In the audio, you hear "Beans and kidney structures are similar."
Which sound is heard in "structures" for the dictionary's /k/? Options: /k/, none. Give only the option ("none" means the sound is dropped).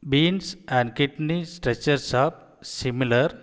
none